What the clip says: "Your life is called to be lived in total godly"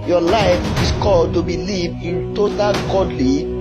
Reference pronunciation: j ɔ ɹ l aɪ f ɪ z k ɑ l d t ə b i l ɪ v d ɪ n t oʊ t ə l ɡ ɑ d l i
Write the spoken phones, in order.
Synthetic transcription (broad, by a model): j ɔ l aɪ f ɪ s k ɑ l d t ə b i l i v ɪ n t oʊ t ə l ɡ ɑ d l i